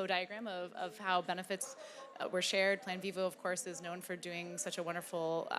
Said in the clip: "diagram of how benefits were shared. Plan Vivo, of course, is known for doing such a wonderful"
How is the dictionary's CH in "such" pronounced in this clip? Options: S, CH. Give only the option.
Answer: CH